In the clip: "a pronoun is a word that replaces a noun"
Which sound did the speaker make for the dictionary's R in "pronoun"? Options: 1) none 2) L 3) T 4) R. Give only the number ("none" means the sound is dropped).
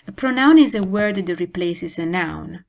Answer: 4